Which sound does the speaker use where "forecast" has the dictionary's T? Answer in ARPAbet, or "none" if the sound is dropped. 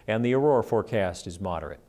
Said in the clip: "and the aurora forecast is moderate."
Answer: T